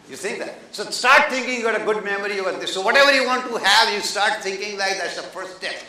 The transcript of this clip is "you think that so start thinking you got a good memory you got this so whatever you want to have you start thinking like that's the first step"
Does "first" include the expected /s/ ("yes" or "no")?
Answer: no